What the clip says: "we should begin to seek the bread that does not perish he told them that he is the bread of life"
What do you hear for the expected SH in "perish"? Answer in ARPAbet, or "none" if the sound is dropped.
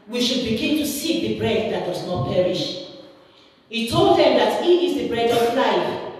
SH